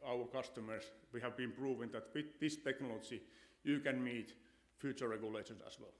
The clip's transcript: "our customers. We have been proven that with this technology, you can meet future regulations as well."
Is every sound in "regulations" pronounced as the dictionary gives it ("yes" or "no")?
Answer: no